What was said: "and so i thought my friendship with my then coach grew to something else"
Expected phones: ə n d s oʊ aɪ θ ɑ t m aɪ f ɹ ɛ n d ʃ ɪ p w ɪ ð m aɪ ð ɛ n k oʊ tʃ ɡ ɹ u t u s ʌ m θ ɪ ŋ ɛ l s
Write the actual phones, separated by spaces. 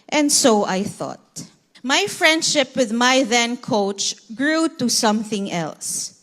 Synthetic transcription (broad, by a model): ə n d s oʊ aɪ θ ɑ t m aɪ f ɹ ɛ n d ʃ ɪ p w ɪ ð m aɪ ð ɛ n k oʊ tʃ ɡ ɹ u t u s ʌ m θ ɪ ŋ ɛ l s